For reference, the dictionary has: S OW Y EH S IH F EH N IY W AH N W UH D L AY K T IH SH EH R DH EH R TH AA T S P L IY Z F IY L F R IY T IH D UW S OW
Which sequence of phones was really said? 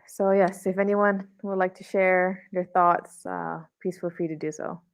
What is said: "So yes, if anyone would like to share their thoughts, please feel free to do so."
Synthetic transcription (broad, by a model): S OW Y EH S IH F EH N IY W AH N W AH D L AY K T IH SH EH R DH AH R TH AA T S P IY S F L F R IY T IH D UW S OW